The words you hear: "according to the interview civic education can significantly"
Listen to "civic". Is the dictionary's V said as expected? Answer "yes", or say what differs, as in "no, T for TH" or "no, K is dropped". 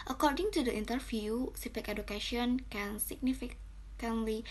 no, F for V